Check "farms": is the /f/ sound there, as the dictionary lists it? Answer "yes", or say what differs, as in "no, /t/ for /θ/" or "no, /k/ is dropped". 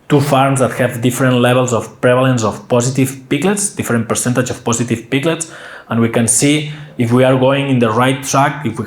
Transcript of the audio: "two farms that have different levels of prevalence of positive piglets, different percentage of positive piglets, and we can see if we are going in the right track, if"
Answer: yes